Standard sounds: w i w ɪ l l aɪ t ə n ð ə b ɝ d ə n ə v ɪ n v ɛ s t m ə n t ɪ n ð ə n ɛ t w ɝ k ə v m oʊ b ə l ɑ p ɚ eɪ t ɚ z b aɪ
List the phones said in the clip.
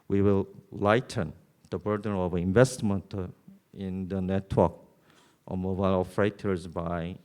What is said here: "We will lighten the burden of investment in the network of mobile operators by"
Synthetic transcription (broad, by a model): w i w ɪ l l aɪ t ə n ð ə b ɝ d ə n ə v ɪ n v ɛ s t m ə n t ɪ n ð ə n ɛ t w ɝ k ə m oʊ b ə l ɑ f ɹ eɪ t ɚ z b aɪ